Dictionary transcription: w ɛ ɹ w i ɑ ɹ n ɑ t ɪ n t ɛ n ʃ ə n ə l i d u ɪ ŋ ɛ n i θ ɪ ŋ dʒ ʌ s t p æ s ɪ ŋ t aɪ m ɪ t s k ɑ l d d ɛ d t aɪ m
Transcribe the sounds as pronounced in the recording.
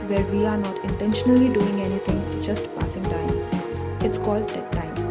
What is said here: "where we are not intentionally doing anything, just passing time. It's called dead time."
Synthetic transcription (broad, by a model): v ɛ ɹ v i ɑ ɹ n ɑ t ɪ n t ɛ n ʃ ə n ə l i d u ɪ ŋ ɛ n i t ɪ ŋ dʒ ʌ s t p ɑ s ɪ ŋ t aɪ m ɪ t s k ɑ l d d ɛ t aɪ m